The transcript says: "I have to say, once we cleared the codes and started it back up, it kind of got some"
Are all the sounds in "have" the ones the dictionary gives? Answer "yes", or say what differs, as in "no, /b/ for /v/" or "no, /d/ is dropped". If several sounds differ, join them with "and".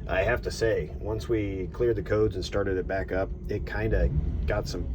no, /f/ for /v/